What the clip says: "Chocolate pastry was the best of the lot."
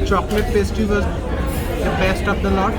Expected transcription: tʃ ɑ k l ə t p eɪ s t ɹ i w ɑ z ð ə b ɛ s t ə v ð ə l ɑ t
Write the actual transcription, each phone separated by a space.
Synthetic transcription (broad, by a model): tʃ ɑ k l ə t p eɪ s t i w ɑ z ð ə b ɛ s t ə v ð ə l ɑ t